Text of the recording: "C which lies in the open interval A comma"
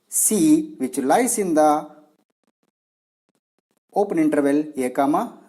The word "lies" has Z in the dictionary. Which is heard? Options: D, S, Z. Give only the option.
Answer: S